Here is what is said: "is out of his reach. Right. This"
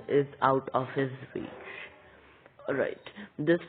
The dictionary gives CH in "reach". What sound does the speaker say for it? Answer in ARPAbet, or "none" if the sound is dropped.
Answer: S